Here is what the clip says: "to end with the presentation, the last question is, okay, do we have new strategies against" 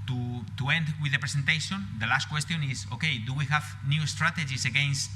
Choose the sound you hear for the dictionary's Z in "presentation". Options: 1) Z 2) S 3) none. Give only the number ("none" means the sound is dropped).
2